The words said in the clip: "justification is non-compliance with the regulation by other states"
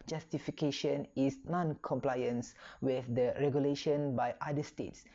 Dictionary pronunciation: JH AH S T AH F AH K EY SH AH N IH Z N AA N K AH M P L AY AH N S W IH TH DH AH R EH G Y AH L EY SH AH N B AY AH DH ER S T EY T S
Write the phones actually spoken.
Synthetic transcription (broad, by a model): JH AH S T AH F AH K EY SH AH N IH S N AA N K AH M P L AY AH N S W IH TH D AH R EH G Y AH L EY SH AH N B AY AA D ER S T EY T S